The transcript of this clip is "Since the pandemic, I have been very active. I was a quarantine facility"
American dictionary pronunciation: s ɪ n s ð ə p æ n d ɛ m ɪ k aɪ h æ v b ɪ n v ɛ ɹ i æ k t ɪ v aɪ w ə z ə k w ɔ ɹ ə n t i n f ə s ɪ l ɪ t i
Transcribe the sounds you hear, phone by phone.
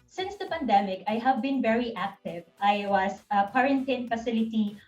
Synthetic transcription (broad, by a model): s ɪ n s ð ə p æ n d ɛ m ɪ k aɪ h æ v b ɪ n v ɛ ɹ i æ k t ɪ v aɪ w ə s ə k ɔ ɹ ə n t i n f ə s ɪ l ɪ t i